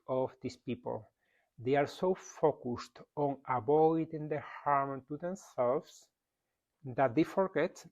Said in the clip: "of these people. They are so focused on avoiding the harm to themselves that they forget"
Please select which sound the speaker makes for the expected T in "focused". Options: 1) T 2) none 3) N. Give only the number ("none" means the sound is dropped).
1